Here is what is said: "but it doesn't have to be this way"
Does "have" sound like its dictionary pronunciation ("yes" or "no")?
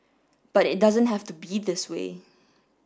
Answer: no